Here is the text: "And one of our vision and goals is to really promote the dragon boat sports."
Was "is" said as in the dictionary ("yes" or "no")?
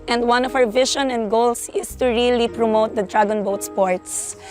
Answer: no